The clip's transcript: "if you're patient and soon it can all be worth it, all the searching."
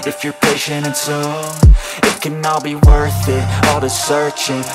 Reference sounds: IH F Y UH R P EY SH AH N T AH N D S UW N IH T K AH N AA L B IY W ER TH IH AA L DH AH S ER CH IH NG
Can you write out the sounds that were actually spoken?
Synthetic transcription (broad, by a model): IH F Y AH R P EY SH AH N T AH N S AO IH T K AH N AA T B IY W ER TH IH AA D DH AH S ER CH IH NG